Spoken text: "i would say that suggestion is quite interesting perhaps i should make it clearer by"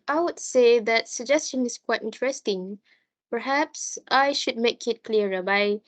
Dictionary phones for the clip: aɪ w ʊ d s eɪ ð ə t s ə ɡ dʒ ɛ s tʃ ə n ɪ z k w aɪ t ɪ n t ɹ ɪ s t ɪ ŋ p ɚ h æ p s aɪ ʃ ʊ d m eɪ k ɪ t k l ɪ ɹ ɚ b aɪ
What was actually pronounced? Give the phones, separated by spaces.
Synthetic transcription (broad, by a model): aɪ w ʊ d s eɪ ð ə t s ə ɡ dʒ ɛ s tʃ ə n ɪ s k w aɪ t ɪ n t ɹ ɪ s t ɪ ŋ p ɚ h æ p s aɪ ʃ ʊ d m eɪ k ɪ t k l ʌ ɹ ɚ b aɪ